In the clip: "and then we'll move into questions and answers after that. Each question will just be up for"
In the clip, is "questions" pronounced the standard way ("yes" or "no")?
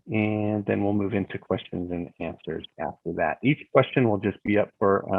yes